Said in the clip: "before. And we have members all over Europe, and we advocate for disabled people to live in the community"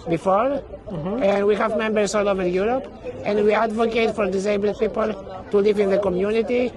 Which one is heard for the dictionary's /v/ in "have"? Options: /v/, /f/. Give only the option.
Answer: /v/